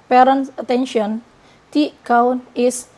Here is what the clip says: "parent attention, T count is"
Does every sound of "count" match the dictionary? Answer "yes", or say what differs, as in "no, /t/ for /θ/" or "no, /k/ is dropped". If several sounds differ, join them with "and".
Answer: no, /t/ is dropped